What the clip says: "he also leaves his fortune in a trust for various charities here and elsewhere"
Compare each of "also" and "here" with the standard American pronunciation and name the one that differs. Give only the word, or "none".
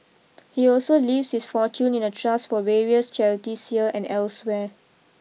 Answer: here